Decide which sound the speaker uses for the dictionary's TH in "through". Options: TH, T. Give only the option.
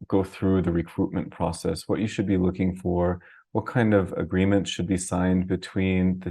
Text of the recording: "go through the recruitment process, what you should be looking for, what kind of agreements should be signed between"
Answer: TH